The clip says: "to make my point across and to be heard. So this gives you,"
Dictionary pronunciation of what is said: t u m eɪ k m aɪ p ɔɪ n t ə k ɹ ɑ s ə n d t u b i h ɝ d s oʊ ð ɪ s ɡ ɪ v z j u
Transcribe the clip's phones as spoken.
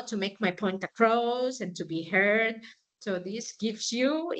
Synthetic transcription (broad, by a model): t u m eɪ k m aɪ p ɔɪ n t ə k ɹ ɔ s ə n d t u b i h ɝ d s oʊ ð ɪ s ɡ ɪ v s j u